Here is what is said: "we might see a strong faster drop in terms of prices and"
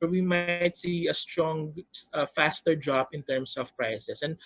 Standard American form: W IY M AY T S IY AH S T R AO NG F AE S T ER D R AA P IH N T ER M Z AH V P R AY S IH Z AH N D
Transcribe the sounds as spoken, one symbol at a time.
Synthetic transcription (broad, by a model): W IY M AY T S IY AH S T R AO NG F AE S T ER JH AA B IH N T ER M S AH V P R AY S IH S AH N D